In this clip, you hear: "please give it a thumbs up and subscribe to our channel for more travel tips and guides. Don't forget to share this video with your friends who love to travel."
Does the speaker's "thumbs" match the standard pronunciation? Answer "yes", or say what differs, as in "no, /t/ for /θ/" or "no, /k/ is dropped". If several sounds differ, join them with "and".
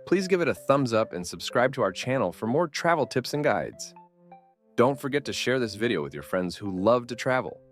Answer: yes